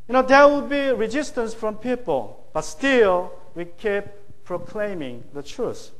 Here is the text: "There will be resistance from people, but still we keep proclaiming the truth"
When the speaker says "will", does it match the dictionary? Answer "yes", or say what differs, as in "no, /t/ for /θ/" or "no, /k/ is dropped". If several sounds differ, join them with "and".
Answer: no, /w/ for /l/